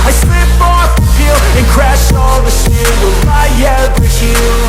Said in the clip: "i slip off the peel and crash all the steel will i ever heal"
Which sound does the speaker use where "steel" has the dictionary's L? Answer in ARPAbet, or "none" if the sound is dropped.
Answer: N